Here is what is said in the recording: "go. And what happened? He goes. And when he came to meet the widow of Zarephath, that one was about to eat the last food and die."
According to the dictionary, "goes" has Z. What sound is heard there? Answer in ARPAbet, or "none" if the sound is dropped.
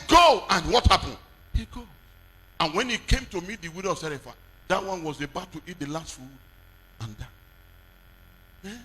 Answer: none